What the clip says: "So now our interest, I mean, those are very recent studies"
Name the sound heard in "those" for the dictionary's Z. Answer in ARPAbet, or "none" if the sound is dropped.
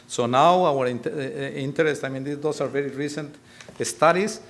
S